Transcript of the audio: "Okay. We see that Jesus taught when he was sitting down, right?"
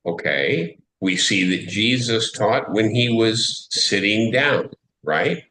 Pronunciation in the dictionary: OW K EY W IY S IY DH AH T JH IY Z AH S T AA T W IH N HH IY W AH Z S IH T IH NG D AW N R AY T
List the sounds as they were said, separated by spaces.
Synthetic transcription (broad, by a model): OW K EY W IY S IY DH AH T JH IY Z AH S T AA T W IH N IY W AH Z S IH T IH NG D AW N R AY T